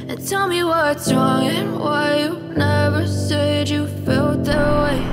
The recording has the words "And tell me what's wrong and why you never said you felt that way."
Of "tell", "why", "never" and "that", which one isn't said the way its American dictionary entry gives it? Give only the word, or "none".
none